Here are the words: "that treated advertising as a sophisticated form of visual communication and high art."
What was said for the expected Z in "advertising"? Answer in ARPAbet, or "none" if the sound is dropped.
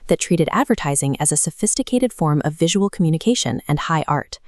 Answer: Z